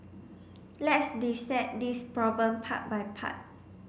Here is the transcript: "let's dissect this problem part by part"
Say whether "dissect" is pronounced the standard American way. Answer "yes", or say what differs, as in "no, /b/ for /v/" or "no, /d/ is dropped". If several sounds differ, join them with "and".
no, /k/ is dropped